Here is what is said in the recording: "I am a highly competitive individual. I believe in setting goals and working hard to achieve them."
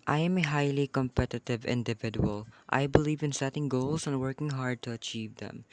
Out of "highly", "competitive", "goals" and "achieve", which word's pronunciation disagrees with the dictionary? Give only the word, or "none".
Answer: goals